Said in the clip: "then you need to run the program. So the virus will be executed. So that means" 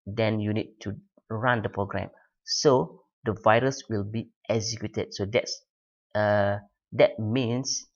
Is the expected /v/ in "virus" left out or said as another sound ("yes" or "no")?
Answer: no